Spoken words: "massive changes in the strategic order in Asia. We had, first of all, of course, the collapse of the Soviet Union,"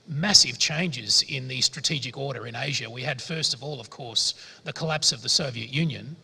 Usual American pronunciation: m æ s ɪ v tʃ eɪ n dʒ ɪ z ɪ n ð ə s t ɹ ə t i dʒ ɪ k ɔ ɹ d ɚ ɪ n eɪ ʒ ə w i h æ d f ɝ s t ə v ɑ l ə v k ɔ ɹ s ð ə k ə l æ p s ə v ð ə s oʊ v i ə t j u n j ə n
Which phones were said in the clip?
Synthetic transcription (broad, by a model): m æ s ɪ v tʃ eɪ n dʒ ɪ z ɪ n ð ə s t ɹ ə t i dʒ ɪ k ɔ ɹ d ɚ ɪ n eɪ ʒ ə w i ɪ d f ɝ s t ə v ɑ l ə v k ɔ ɹ s ð ə k ə l æ p s ə v ð ə s oʊ v i ə t j u n j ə n